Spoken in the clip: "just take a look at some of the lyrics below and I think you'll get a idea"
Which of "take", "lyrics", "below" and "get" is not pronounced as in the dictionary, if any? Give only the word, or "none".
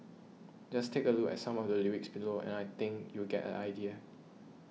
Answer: lyrics